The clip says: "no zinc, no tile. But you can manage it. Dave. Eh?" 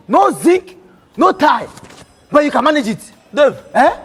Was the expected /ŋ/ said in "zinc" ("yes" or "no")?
no